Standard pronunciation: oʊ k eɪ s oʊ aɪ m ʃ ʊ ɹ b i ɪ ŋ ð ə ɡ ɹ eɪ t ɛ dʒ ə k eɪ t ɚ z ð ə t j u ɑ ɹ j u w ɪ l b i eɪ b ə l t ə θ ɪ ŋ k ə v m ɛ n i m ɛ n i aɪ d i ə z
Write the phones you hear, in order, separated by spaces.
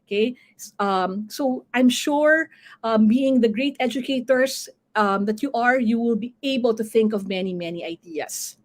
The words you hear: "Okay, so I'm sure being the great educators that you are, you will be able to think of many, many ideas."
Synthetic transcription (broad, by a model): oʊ k eɪ s oʊ aɪ m ʃ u ɹ b i ɪ ŋ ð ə ɡ ɹ eɪ t ɛ dʒ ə k eɪ t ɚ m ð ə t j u ɑ ɹ j u w ɪ l b i eɪ b ə l t ə θ ɪ ŋ k ə v m ɛ n i m ɛ n i aɪ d i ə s